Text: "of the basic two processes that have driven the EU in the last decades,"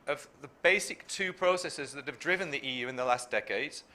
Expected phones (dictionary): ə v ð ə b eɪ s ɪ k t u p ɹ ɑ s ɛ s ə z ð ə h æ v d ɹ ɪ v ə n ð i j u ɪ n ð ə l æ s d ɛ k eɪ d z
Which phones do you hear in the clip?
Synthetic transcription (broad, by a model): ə v ð ə b eɪ s ɪ k t u p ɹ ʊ s ɛ s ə z ð ə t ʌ v d ɹ ɪ v ə n ð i j u ɪ n ð ə l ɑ s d ɛ k eɪ d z